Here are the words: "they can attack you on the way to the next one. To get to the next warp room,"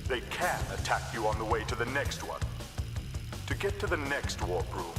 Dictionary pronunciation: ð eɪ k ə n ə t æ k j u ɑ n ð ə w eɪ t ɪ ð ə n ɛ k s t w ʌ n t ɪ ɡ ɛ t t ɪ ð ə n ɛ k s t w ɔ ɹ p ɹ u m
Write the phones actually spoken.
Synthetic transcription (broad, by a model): ð eɪ k ə n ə t æ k j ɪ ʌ n ð ə w eɪ t ɪ ð ə n ɛ k s t w ʌ n t ɪ ɡ ɛ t t ɪ ð ə n ɛ k s t w ɔ ɹ b ɹ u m